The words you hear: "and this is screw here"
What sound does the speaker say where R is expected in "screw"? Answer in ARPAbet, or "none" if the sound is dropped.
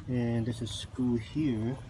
none